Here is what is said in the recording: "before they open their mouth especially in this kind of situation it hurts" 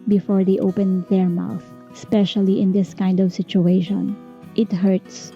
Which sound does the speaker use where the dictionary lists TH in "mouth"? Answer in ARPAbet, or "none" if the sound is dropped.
TH